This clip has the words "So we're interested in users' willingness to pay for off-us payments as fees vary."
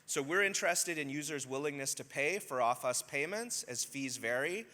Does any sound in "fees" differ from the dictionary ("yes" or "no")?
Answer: no